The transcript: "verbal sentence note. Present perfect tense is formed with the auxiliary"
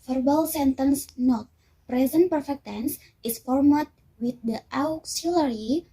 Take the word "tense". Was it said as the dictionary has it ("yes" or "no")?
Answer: yes